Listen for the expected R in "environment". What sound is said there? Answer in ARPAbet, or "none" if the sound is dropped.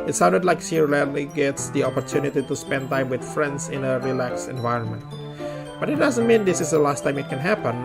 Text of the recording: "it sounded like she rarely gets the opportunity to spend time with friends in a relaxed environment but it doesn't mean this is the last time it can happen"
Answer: R